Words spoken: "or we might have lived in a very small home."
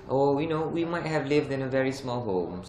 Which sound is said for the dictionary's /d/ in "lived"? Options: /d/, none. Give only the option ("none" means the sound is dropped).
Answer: /d/